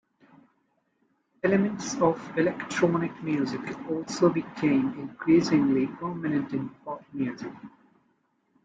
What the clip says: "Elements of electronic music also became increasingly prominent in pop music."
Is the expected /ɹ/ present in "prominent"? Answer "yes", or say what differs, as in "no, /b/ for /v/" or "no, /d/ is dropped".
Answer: no, /ɹ/ is dropped